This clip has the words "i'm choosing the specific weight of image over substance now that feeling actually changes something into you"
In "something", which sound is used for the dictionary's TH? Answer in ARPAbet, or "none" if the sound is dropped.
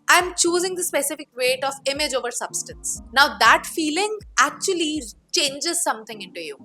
T